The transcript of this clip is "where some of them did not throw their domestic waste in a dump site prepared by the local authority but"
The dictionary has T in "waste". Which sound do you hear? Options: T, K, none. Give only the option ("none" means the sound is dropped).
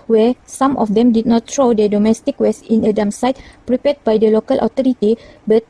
none